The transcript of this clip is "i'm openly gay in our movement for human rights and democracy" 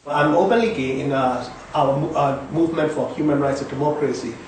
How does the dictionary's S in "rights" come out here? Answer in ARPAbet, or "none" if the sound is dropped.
S